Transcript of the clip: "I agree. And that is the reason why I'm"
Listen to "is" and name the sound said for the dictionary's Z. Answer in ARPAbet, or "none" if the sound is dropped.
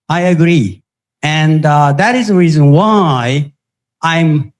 Z